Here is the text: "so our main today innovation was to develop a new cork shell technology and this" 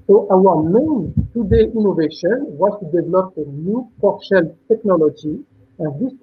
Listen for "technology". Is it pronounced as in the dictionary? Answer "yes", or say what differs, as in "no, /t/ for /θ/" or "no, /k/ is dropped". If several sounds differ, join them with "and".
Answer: yes